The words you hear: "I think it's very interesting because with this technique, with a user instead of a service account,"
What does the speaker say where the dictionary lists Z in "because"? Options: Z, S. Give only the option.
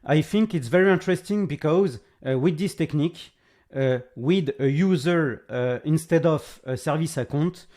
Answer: Z